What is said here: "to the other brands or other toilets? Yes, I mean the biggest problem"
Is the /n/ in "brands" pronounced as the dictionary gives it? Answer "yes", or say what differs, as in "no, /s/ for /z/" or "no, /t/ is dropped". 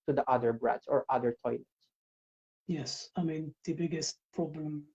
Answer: no, /n/ is dropped